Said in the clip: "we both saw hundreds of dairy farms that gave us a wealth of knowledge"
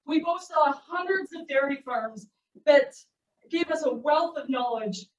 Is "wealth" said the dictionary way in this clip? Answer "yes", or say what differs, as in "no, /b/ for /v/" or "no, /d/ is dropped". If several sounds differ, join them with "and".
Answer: yes